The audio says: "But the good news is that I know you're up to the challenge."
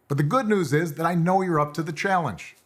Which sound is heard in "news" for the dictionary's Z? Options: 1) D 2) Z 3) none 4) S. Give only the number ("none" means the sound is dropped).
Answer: 2